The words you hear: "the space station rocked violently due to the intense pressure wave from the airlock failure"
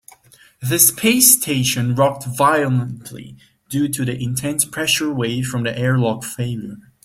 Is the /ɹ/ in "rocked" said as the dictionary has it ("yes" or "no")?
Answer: yes